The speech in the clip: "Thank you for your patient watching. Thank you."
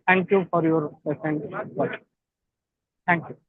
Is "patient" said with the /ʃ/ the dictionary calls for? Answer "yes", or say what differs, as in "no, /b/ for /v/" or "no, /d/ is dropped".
no, /s/ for /ʃ/